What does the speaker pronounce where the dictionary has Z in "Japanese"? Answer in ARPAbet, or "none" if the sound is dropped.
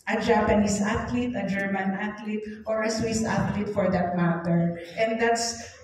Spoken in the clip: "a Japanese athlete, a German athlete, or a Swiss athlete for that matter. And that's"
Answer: S